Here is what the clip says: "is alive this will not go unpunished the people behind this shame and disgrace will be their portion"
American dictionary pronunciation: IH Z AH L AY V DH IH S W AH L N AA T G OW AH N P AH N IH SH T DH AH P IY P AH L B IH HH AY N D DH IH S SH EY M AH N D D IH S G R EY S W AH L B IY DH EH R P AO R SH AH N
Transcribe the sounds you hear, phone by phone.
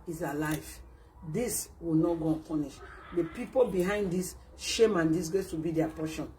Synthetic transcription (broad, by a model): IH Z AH L AY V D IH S W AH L N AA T G OW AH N P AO N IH SH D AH P IY P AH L B IH HH AY N D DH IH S SH EY M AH N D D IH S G EY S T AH B IY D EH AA P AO SH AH N